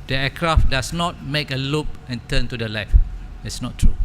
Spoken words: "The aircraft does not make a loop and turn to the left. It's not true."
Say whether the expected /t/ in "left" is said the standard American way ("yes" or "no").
no